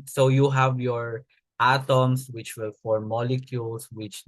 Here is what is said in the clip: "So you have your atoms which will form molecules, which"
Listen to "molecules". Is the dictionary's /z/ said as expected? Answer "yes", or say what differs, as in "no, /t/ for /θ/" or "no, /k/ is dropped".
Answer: no, /s/ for /z/